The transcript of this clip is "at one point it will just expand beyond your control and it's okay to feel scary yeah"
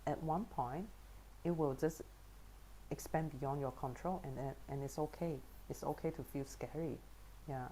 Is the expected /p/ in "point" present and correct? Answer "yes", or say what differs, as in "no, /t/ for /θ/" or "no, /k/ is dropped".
yes